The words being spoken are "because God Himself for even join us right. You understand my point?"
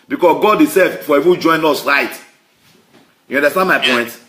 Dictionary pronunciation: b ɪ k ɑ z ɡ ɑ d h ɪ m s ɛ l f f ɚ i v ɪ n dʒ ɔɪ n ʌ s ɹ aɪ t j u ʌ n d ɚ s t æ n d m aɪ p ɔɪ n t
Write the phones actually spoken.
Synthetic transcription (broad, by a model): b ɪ k ɑ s ɡ ɑ d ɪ s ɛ f f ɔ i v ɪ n dʒ ɔɪ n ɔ s ɹ aɪ t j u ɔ n d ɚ s t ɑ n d m aɪ p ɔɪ n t